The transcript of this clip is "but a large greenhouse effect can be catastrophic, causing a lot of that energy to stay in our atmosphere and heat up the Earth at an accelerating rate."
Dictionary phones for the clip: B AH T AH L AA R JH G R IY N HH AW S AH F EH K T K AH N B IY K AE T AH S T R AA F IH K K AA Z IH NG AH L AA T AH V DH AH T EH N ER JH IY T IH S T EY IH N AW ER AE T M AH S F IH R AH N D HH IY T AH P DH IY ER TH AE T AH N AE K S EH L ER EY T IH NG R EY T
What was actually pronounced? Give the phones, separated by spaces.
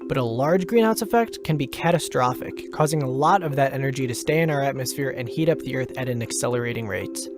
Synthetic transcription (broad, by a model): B AH T AH L AA R JH G R IY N AW S AH F EH K T K AH N B IY K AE T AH S T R AA F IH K K AA Z IH NG AH L AA T AH V DH AH T EH N ER JH IY T IH S T EY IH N AW ER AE T M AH S F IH R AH N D HH IY T AH P DH IY ER TH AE T AH N AE K S EH L ER EY T IH NG R EY T